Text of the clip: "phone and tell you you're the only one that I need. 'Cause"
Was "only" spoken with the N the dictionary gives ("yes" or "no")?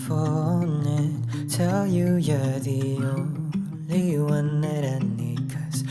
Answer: no